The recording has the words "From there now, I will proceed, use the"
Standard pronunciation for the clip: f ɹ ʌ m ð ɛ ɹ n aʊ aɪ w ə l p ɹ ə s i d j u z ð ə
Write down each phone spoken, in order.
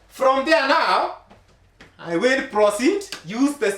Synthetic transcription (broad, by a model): f ɹ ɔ m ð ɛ n aʊ aɪ w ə n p ɹ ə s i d j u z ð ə